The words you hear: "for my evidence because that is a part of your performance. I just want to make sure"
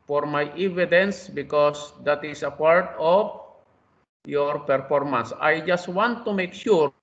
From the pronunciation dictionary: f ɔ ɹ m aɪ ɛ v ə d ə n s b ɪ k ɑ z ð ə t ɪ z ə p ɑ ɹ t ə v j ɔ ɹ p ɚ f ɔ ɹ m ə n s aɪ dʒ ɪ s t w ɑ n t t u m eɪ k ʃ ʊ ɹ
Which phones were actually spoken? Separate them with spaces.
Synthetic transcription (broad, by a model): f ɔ ɹ m aɪ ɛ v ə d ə n s b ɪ k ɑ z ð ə t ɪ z ə p ɑ ɹ t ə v j ɔ ɹ p ɚ f ɔ ɹ m ə n s aɪ dʒ ɪ s t w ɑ n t t u m eɪ k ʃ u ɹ